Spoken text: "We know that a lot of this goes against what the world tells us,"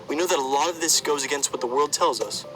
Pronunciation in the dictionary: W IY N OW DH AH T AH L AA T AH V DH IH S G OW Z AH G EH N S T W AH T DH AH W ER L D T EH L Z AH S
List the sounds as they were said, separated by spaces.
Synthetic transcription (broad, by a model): W IY N OW DH AH T AH L AA T AH V DH IH S G OW Z AH G EH N S T W AH T DH AH W ER L D T EH L Z AH S